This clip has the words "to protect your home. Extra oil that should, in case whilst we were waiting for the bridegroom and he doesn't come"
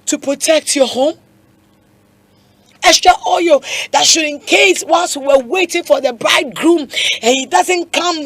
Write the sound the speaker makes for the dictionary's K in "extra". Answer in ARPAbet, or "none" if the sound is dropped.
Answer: none